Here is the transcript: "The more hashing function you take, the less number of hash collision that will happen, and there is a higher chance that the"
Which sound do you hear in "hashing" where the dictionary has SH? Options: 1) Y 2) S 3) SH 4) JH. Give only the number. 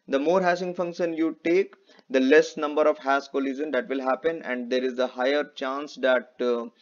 2